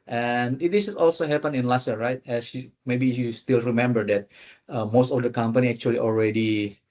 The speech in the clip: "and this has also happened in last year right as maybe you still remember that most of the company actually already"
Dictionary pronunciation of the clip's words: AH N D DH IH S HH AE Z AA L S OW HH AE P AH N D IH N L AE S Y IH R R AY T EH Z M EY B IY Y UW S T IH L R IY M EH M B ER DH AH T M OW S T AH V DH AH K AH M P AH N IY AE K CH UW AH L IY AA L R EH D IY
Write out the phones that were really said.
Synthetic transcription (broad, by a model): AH N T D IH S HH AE S AA L S OW HH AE P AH N IH N L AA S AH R R AY T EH S M EY B IY Y UW S T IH L R IY M EH M B ER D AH T M OW S T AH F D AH K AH M P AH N IY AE K CH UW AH L IY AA L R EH D IY